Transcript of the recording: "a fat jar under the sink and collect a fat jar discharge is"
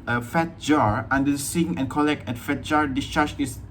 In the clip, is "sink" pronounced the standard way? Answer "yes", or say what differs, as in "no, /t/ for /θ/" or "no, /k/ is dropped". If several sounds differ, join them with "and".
no, /k/ is dropped